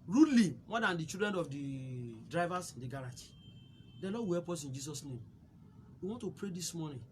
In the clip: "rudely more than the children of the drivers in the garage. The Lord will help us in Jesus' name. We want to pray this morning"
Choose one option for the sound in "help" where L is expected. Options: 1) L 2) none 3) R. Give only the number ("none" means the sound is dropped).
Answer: 2